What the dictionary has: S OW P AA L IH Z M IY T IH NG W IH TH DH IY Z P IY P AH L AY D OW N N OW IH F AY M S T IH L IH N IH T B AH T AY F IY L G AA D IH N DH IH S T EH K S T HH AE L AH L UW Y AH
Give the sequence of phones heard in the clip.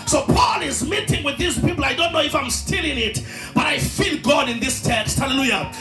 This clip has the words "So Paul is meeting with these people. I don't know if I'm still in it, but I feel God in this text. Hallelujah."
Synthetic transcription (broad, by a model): S OW P AA L IH Z M IY T IH NG W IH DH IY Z P IY P L AY D OW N N OW IH F AY M S T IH L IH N IH T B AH T AY F IY L G AA D IH N DH IH S T EH K S T HH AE L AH L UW Y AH